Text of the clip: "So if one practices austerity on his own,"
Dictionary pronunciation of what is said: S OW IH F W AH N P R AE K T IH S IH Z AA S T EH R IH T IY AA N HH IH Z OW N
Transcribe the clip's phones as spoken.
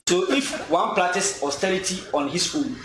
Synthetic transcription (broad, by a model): S OW IH F W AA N P L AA T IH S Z AA S T EH R IH T IY AA N HH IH S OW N